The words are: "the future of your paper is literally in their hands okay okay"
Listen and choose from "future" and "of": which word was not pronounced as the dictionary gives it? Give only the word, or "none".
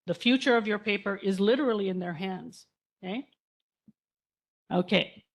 none